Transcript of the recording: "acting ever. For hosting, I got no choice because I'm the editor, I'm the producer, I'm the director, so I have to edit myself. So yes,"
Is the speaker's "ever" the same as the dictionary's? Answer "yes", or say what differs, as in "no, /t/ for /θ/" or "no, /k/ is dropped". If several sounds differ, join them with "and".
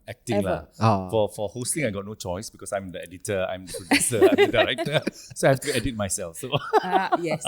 no, /f/ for /v/